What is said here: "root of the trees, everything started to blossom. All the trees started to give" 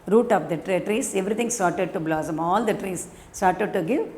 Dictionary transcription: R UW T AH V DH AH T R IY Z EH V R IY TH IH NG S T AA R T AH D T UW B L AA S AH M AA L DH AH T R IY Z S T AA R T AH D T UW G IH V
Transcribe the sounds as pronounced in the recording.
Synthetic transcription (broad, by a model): R UW T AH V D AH T R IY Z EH V R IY T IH NG S T AA R T AH D T UW B L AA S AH M AA L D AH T R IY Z S T AA R T AH D T UW G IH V